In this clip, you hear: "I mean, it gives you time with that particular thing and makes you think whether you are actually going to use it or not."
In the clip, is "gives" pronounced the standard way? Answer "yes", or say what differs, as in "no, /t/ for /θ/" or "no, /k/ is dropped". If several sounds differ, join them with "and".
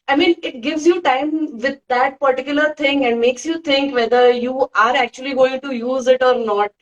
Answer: yes